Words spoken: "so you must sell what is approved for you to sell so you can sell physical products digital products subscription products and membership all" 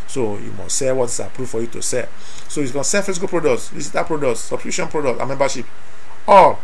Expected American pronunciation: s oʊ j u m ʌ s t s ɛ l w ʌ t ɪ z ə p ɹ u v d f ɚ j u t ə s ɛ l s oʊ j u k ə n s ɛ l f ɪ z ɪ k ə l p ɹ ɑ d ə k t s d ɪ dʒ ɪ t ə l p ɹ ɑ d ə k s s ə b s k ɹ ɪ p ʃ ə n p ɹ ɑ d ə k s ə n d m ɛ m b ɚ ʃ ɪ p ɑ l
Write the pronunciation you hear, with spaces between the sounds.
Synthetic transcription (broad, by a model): s oʊ j u m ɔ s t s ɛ w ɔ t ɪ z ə p ɹ u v f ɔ j u t ə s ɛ s oʊ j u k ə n s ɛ n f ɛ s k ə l p ɹ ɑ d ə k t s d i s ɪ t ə p ɹ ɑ d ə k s s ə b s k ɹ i ʃ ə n p ɹ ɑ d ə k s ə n m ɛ m b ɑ ʃ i p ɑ